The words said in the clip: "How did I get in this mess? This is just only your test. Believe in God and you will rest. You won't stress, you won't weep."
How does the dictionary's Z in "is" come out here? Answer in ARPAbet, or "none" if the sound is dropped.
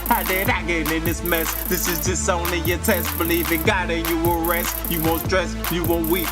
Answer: Z